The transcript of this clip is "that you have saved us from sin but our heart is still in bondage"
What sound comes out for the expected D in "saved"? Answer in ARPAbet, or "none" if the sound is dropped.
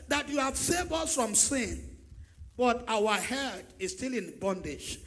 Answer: none